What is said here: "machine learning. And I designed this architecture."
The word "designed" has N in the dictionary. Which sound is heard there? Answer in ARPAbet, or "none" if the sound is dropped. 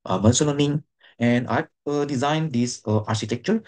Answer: N